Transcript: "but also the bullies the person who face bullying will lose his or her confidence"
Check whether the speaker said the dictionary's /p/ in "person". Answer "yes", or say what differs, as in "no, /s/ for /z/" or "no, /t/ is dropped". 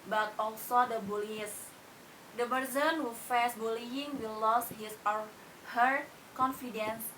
no, /b/ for /p/